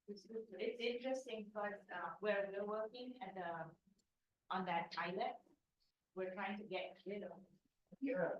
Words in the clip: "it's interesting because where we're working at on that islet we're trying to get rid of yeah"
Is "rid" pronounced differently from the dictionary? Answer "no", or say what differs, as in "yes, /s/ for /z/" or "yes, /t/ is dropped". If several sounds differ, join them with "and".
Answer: yes, /l/ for /ɹ/